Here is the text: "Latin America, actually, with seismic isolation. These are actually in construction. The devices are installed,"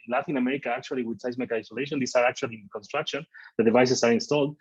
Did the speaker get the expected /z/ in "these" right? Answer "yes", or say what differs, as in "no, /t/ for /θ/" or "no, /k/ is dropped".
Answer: no, /s/ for /z/